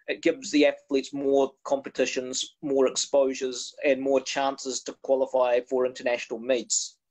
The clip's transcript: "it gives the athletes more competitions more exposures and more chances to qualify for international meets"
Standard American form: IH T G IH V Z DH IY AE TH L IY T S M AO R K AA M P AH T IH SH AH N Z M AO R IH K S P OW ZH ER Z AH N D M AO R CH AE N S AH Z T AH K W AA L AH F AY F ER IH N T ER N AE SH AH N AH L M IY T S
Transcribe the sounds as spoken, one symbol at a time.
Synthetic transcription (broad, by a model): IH T G IH V Z DH IY AE TH L IY T S M AO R K AA M P AH T IH SH AH N Z M AO R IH K S P OW ZH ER Z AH N M AO R CH AE N S AH Z T AH K W AA L AH F AY F ER IH N T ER N AE SH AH N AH L M IY T S